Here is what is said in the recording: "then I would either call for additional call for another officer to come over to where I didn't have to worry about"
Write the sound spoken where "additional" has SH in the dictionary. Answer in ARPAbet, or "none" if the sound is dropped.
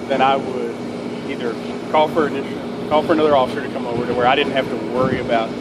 none